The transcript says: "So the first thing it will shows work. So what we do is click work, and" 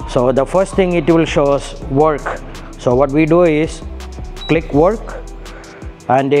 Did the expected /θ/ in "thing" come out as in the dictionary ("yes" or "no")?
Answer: no